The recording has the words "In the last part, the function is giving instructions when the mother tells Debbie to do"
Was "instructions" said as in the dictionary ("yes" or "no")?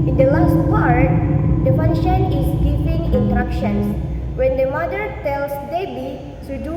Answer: no